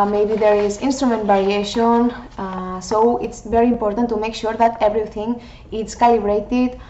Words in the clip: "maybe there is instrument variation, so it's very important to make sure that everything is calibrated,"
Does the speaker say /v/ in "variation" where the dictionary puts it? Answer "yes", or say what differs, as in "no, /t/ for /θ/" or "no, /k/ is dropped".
no, /b/ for /v/